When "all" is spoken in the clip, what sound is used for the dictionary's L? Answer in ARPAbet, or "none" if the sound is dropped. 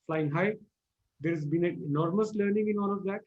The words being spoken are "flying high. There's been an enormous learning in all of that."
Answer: N